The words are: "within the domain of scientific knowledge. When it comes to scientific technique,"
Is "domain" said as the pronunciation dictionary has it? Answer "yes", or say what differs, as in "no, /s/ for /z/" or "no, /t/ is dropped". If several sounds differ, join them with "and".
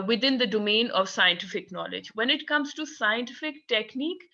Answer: yes